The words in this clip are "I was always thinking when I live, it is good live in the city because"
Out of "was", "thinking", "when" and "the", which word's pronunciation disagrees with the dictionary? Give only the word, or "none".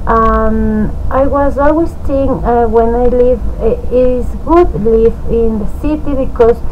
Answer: thinking